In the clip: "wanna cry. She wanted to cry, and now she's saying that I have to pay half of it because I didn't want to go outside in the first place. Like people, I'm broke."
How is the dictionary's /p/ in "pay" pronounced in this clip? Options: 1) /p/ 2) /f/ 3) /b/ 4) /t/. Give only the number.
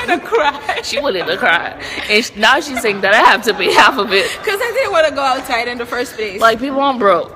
3